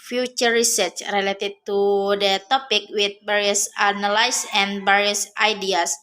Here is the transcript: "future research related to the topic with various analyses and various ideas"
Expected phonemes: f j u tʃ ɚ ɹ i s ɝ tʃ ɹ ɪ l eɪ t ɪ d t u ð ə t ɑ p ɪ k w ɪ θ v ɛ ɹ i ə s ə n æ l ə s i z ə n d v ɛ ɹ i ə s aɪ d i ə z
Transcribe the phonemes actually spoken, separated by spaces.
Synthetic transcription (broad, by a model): f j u tʃ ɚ ɹ i s ɝ tʃ ɹ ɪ l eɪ t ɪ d t u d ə t ɑ p ɪ k w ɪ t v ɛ ɹ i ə s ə n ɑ l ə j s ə n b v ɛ ɹ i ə s aɪ d i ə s